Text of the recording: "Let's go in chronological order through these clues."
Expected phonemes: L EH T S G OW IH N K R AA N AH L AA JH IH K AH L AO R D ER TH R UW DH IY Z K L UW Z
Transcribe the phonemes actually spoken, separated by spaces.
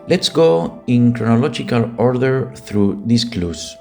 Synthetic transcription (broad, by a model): L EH T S G OW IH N K R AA N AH L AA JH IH K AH L AO R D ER TH R UW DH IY S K L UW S